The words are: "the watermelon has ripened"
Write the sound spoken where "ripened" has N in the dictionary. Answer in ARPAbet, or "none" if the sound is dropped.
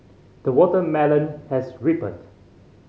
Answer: none